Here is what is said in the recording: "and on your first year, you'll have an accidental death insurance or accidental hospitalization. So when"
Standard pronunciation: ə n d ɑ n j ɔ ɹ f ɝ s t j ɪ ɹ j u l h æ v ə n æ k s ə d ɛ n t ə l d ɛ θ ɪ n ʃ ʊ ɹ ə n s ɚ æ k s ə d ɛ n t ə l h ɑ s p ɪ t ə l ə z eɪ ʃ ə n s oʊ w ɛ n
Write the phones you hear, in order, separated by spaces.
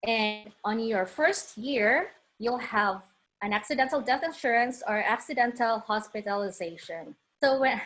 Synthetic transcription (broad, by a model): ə n d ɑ n j ɔ ɹ f ɝ s t j ɪ ɹ j u l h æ v ə n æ k s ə d ɛ n t l d ɛ θ ɪ n ʃ ʊ ɹ ə n s ɚ æ k s ə d ɛ n t ə l h ɑ s p ɪ t ə l ə z eɪ ʃ ə n s oʊ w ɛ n